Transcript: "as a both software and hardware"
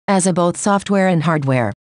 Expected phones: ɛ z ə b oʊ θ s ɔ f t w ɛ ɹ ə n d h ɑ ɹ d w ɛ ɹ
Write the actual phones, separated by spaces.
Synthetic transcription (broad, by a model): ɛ z ə b oʊ θ s ɔ f t w ɛ ɹ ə n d h ɑ ɹ d w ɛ ɹ